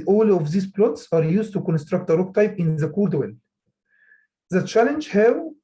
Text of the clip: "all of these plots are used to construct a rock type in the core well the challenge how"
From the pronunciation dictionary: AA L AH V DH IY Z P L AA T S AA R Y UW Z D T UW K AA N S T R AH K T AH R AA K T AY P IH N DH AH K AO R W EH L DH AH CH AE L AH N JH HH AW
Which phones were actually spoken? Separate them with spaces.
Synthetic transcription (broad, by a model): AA L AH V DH IY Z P L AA T S AA R Y UW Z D T UW K AA N S T R AH K T AH R AA K T AY P IH N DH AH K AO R W EH L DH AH CH AE L AH N JH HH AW